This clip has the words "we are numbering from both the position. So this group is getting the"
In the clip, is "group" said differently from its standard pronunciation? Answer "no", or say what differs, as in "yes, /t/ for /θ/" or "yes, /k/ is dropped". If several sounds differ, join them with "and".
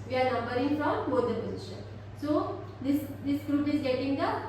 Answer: no